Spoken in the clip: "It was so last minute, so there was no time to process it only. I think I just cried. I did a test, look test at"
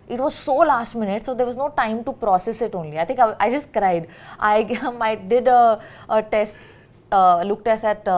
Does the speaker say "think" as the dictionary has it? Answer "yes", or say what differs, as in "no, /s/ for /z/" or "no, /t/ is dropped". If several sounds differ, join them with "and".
no, /t/ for /θ/